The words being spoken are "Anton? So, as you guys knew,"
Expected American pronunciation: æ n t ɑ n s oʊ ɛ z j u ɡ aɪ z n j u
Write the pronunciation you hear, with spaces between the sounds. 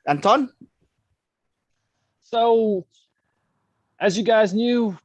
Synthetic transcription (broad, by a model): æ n t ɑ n s oʊ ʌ z j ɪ ɡ aɪ z n j u